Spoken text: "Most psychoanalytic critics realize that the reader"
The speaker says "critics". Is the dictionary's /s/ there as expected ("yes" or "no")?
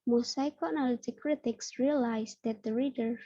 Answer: yes